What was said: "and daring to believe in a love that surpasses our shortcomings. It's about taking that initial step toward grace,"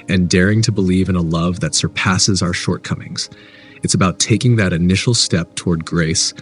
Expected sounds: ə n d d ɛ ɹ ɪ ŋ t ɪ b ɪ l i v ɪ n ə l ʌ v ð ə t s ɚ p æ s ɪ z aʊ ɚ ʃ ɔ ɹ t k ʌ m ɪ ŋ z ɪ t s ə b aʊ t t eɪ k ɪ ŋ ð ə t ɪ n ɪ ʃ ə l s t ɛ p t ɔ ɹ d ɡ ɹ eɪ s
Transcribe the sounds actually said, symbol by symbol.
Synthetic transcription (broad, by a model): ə n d d ɛ ɹ ɪ ŋ t ɪ b ɪ l i v ɪ n ə l ʌ v ð ə t s ɚ p æ s ɪ z aʊ ɚ ʃ ɔ ɹ t k ʌ m ɪ ŋ z ɪ t s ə b aʊ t t eɪ k ɪ ŋ ð ə t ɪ n ɪ ʃ l s t ɛ p t ɔ ɹ d ɡ ɹ eɪ s